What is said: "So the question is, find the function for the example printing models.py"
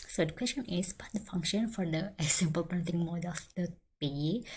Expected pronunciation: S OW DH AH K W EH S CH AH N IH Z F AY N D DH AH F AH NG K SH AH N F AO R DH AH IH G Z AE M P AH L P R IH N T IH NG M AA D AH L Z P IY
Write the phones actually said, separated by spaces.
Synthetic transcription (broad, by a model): S OW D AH K W EH S CH AH N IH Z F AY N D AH F AH NG K SH AH N F AO R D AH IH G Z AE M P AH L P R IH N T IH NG M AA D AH L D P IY